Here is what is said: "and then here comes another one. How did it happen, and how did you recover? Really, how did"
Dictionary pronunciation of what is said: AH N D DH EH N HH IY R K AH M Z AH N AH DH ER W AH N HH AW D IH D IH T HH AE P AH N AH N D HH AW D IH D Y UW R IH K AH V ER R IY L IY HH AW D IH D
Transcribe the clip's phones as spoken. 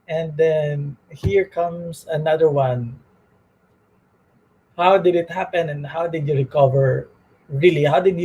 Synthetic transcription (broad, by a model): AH N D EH N HH IY R K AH M S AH N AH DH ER W AH N HH AW D IH D IH T HH AE P AH N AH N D HH AW D IH D Y UW R IH K AH V ER R IY L IY HH AW D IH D